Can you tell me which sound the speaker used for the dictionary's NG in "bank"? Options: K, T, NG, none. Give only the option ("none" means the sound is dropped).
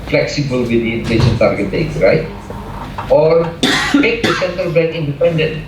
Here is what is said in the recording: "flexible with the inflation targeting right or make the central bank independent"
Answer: none